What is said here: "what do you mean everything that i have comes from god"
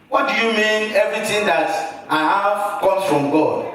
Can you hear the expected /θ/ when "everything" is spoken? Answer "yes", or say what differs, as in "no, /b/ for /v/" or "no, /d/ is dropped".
no, /t/ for /θ/